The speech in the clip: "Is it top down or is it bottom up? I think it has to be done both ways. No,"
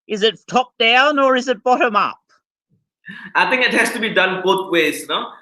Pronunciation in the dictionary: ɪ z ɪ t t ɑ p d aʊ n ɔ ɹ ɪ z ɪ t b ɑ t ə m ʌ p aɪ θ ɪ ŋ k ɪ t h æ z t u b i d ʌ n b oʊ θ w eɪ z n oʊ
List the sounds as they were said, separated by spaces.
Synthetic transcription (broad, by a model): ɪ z ɪ t t ɑ p d aʊ n ɔ ɹ ɪ z ɪ t b ɑ t ə m ʌ p aɪ t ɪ ŋ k ɪ t h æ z t u b i d ʌ n b oʊ t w eɪ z n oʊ